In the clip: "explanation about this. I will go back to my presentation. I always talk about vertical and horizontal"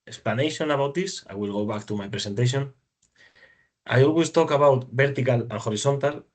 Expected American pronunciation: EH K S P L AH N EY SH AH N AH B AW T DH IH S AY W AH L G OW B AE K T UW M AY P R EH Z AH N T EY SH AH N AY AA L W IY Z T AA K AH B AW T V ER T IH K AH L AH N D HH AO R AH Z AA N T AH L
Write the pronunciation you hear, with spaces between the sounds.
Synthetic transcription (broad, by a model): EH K S P L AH N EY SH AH N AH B AW T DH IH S AY W AH L G OW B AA K T UW M AY P R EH S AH N T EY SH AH N AY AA L W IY S T AA K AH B AW T B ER T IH K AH L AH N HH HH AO R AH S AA N T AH L